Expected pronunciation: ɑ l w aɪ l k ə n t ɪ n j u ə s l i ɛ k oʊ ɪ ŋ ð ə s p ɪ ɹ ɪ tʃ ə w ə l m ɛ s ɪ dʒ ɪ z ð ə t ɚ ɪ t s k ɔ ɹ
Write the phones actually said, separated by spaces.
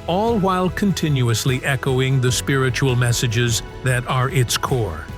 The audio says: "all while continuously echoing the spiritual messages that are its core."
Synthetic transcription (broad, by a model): ɑ l w aɪ l k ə n t ɪ n j u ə s l i ɛ k oʊ ɪ ŋ ð ə s p ɪ ɹ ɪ tʃ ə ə l m ɛ s ɪ dʒ ɪ z ð ə t ɚ ɪ t s k ɔ ɹ